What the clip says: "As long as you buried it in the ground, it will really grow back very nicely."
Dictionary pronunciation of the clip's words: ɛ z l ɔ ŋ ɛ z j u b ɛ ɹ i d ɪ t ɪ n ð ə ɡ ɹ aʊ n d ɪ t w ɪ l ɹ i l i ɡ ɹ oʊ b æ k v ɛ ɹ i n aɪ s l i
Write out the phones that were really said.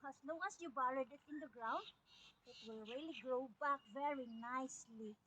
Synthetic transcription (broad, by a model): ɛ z l ɔ ŋ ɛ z j u b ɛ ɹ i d ɪ t ɪ n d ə ɡ ɹ aʊ n d ɪ t w ɪ l ɹ i l i ɡ ɹ oʊ b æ k v ɛ ɹ i n aɪ s l i